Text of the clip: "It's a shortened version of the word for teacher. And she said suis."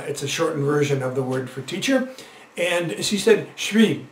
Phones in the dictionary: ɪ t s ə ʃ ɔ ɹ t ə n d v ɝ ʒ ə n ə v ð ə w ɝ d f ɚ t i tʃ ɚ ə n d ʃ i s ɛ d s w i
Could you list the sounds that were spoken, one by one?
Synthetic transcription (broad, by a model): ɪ t s ə ʃ ɔ ɹ t n v ɝ ʒ ə n ə v ð ə w ɝ d f ɚ t i tʃ ɚ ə n ʃ i s ɛ d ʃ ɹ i